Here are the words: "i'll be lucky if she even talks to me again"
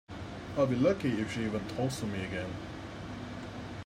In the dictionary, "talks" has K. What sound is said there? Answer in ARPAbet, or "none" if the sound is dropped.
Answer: none